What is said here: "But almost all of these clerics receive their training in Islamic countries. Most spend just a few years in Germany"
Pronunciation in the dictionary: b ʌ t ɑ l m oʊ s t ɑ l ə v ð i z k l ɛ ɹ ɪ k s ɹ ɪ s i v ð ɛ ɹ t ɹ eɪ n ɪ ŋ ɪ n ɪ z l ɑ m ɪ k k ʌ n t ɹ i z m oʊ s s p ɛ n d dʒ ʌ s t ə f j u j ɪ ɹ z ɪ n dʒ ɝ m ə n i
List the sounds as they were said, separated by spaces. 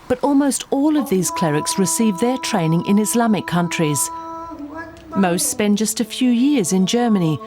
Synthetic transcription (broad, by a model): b ʌ t ɑ l m oʊ s t ɑ l ə v ð i z k l ɛ ɹ ɪ k s ɹ ɪ s i v ð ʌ ɹ t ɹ eɪ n ɪ ŋ ɪ n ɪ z l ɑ m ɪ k k ʌ n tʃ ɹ i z m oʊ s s p ɛ n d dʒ ʌ s t ə f j u j ɪ ɹ z ɪ n dʒ ɝ m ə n i